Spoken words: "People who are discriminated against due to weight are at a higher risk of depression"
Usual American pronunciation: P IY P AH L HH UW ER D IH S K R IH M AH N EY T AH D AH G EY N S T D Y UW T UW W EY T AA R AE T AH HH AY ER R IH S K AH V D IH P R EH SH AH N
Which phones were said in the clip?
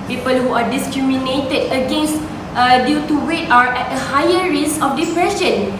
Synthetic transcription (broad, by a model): P IY P AH L HH UW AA D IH S K R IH M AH N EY T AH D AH G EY N S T D Y UW T UW W EY T AA R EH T AH HH AY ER R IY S AH F D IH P R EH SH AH N